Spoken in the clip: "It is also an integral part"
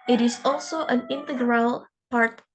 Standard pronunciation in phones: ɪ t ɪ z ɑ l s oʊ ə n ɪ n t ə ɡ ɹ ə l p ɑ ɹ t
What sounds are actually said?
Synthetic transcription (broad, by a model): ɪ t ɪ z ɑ l s oʊ ə n ɪ n t ə ɡ ɹ ə l p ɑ ɹ t